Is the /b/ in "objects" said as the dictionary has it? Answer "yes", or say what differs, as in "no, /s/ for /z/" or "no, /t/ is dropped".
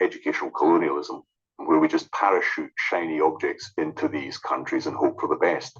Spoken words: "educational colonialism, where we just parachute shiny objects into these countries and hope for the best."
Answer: yes